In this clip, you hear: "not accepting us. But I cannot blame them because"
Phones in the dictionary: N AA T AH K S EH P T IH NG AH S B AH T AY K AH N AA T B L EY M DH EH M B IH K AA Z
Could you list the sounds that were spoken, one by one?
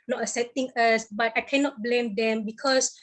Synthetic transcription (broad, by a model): N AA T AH S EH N T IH NG AH S B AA T AY K AH N AA T B L EY M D EH M B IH K AA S